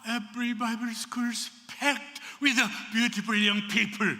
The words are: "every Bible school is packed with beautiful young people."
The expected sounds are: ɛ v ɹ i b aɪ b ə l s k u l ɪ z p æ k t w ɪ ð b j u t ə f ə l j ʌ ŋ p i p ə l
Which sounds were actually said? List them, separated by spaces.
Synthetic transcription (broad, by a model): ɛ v ɹ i b aɪ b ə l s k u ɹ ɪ s p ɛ k t w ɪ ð b j u t ə f ə l j ʌ ŋ p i p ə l